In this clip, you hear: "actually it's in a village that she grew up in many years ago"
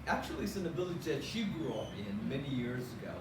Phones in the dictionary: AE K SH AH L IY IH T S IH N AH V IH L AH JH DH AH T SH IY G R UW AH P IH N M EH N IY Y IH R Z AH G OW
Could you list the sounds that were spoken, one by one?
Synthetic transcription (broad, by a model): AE K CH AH L IY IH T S IH N AH B IH L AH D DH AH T SH IY G R UW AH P IH N M EH N IY Y IH R Z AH G OW